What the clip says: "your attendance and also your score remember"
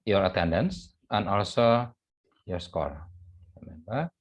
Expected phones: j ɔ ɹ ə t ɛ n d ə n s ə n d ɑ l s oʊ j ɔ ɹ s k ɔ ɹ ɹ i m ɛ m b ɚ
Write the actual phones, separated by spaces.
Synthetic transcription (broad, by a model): j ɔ ɹ ə t ɛ n d ə n s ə n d ɑ l s oʊ j ɔ ɹ s k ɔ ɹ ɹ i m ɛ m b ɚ